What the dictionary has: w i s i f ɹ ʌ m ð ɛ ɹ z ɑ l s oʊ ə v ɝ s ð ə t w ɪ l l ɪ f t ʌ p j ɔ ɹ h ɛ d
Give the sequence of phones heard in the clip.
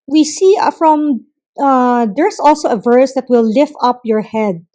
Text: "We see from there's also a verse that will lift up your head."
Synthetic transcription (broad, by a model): w i s i f ɹ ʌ m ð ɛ ɹ s ɑ l s oʊ ə v ɝ s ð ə t w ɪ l l ɪ f t ʌ p j ɔ ɹ h ɛ d